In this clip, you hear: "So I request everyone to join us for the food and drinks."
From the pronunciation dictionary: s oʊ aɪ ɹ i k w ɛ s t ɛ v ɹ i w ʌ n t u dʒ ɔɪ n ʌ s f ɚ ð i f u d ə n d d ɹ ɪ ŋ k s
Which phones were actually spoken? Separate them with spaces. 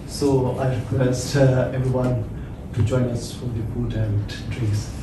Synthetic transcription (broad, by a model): s oʊ aɪ ɹ i k w ɛ s t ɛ v ɹ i w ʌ n t u dʒ ɔɪ n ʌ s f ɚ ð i p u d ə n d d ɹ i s